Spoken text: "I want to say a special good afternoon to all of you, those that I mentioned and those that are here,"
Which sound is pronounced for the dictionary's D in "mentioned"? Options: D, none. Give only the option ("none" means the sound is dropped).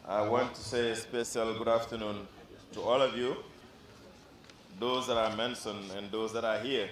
none